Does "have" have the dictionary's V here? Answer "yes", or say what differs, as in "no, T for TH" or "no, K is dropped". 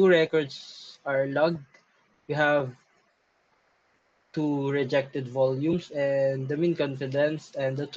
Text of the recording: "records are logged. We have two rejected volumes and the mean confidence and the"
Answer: yes